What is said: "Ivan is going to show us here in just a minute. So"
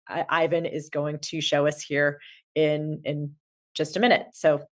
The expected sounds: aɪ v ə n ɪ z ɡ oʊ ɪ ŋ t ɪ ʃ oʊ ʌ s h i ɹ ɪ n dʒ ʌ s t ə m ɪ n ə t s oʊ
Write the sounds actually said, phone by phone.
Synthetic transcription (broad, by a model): aɪ v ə n ɪ z ɡ oʊ ɪ ŋ t ɪ ʃ oʊ ʌ s h i ɹ ɪ n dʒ ʌ s t ə m ɪ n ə t s oʊ